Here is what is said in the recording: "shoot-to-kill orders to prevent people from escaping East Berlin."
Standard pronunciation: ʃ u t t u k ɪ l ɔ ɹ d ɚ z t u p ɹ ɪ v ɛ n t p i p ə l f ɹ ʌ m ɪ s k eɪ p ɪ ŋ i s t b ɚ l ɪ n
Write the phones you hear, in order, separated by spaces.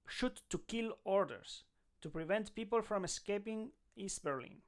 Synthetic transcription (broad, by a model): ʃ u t t u k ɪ l ɔ ɹ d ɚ s t u p ɹ ɪ v ɛ n t p i p ə l f ɹ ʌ m ɪ s k eɪ p ɪ ŋ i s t b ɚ l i n